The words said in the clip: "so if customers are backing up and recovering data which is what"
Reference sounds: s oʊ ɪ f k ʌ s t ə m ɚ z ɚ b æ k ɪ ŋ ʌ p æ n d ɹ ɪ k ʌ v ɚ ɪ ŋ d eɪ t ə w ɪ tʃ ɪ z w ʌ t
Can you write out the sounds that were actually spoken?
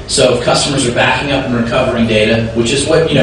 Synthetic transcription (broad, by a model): s oʊ ɪ f k ʌ s t ə m ɚ z ɚ b æ k ɪ ŋ ʌ p n ɹ ɪ k ʌ v ɚ ɪ ŋ d eɪ t ə w ɪ tʃ ɪ z w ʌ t